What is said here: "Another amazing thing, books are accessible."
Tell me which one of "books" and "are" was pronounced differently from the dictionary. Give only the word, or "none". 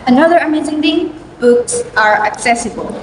none